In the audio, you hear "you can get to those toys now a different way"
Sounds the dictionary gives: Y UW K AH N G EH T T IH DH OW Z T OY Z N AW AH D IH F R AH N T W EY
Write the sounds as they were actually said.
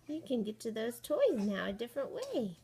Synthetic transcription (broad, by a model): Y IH K AH N G EH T T IH DH OW Z T OY Z N AW AH D IH F R AH N T W EY